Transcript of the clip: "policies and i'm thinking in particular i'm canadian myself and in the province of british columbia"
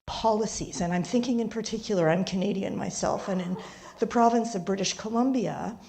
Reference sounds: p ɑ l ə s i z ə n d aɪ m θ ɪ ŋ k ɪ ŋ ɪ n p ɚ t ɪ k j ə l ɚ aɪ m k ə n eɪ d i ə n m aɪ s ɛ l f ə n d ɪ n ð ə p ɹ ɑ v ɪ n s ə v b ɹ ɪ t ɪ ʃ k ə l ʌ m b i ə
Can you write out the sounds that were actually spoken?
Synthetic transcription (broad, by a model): p ɑ l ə s i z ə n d aɪ m θ ɪ ŋ k ɪ ŋ ɪ n p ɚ t ɪ k j l ɚ aɪ m k ə n eɪ d i ə n m aɪ s ɛ l f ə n ɪ n ð ə p ɹ ɑ v ɪ n s ə v b ɹ ɪ t ɪ ʃ k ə l ʌ m b i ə